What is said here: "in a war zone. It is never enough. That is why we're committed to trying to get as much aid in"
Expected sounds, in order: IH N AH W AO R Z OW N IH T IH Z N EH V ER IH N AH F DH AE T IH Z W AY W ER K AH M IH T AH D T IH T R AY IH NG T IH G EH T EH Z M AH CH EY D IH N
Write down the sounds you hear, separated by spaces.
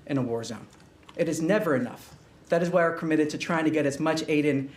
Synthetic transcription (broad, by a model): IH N AH W AO R Z OW N IH T IH Z N EH V ER IH N AH F DH AE T IH Z W AY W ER K AH M IH T AH D T IH T R AY IH NG T IH G EH T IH Z M AH CH EY D IH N